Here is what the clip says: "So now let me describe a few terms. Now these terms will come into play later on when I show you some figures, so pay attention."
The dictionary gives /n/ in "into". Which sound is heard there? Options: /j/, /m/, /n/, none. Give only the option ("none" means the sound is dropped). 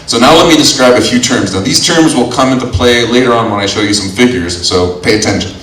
/n/